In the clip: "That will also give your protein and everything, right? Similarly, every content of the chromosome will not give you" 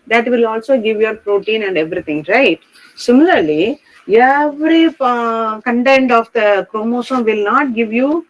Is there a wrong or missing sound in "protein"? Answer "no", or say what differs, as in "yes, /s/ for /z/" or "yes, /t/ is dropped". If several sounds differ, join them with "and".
no